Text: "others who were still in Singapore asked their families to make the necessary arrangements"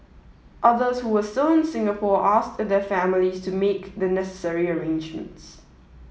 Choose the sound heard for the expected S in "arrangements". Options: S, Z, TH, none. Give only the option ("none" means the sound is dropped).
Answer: S